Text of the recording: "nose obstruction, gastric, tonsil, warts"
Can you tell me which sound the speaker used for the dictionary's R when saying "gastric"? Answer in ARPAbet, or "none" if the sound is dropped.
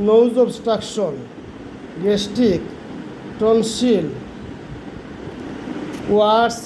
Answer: none